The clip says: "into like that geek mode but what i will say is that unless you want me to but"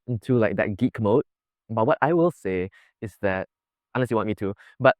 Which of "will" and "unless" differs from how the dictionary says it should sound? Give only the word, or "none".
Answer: unless